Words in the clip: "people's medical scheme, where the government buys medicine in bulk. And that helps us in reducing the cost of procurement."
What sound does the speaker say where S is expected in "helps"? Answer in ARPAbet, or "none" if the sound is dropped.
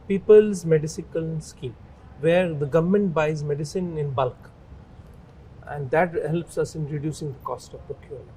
S